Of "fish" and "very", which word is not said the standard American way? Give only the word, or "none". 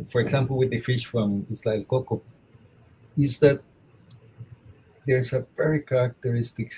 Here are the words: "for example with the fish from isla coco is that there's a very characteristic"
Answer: very